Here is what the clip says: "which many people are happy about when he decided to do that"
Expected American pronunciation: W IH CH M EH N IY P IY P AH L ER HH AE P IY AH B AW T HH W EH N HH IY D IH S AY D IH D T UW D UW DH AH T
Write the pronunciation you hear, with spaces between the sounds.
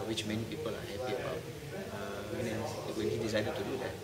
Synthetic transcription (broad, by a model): W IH CH M EH N IY P IY P AH L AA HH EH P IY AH AW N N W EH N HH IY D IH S AY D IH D T UW D UW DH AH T